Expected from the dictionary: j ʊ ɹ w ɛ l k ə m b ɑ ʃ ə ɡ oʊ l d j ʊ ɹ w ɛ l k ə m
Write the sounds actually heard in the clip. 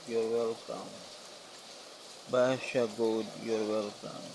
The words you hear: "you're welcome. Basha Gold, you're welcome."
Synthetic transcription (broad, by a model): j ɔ ɹ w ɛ l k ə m b ɑ ʃ ə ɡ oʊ d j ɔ ɹ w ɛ l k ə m